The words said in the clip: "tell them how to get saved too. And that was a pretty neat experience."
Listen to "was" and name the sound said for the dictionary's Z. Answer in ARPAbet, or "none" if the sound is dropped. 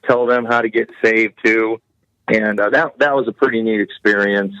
Z